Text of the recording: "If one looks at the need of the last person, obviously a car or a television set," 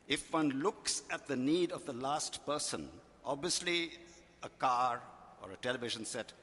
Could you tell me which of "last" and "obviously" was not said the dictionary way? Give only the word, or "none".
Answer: none